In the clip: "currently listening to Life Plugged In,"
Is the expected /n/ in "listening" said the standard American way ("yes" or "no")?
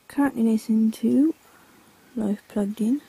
no